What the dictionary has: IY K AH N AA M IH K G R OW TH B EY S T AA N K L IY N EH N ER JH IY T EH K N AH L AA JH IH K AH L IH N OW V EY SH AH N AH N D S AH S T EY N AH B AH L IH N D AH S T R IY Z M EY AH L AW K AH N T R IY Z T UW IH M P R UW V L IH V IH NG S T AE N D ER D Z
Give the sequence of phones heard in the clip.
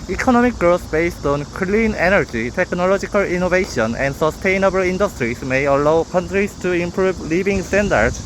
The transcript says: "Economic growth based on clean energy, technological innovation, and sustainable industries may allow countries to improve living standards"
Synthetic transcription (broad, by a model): IY K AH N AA M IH K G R OW S B EY S T AA N K L IY N EH N ER JH IY T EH K N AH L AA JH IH K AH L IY N OW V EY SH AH N AH N D S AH S T EY N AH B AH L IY N D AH S T R IY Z M EY AH L AW K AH N T R IY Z T UW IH M P R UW B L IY B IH NG S T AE N D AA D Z